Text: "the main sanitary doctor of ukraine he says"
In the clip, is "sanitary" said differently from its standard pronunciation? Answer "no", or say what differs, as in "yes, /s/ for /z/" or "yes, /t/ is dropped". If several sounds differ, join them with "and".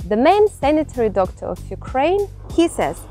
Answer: no